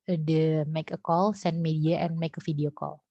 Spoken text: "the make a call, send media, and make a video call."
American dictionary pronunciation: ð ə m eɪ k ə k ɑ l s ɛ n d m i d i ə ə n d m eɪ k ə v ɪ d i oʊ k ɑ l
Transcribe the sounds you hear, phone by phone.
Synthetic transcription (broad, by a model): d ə m eɪ k ə k ɑ l s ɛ n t m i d i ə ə n m eɪ k ə f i d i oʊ k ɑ l